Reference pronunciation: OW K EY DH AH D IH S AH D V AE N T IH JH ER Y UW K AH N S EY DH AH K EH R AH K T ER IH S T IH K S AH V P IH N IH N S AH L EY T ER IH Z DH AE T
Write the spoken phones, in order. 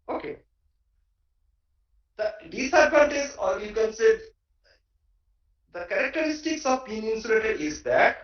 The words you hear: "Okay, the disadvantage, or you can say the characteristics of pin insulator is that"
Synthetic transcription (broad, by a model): OW K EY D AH D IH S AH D P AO N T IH Z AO Y UW K AH N S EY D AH K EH R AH K T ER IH S T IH K S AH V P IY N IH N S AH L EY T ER IH Z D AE T